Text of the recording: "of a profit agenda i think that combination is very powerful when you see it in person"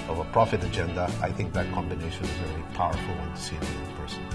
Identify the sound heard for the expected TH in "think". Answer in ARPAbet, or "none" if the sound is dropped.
TH